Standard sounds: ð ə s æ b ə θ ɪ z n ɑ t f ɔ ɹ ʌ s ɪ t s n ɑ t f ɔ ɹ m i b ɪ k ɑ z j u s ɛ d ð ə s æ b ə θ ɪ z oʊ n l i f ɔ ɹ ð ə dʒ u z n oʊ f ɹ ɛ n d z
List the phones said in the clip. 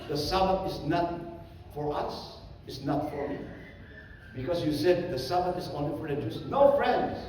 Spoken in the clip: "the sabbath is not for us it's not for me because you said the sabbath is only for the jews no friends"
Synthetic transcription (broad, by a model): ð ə s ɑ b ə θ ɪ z n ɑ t f ɔ ɹ ʌ s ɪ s n ɑ t f ɔ ɹ m i b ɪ k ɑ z j u s ɛ d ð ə s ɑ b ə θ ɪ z oʊ n l i f ɔ ɹ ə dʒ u s n oʊ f ɹ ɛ n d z